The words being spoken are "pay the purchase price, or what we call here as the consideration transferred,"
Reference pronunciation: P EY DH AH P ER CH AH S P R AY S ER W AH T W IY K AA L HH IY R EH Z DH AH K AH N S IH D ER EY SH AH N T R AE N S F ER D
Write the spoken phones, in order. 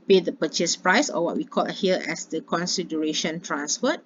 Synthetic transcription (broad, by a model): P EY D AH P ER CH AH S P R AY S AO W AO T W IY K AA L HH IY L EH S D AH K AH N S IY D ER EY SH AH N T R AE N S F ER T